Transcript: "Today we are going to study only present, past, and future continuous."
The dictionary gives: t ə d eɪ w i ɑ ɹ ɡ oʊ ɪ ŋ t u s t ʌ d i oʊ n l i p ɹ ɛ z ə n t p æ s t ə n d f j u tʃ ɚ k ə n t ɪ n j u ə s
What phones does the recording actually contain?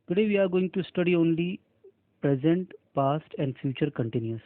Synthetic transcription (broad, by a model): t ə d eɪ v i ɑ ɹ ɡ oʊ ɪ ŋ t u s t ʌ d i oʊ n l i p ɹ ɛ z ə n t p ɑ s t ə n d f j u tʃ ɚ k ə n t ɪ n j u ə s